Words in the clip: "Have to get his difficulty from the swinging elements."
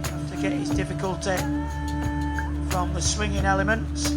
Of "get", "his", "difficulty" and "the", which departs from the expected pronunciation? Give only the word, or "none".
none